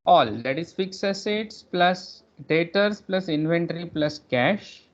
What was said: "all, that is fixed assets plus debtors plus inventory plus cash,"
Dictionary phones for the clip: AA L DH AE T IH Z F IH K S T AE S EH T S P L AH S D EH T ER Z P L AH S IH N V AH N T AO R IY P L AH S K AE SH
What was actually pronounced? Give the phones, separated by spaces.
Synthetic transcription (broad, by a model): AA L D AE T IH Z F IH K S AE S EH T S P L AH S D EH T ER S P L AH S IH N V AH N T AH R IY P L AH S K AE SH